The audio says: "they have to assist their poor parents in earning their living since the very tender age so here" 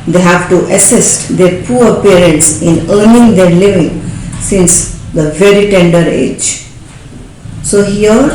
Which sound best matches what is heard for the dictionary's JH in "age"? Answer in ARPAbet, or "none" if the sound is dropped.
JH